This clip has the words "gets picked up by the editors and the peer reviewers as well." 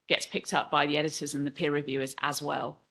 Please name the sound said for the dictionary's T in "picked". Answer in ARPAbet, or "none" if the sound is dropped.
T